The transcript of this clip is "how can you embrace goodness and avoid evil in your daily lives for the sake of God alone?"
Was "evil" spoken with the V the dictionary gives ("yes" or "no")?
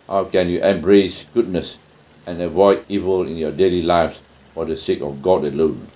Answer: yes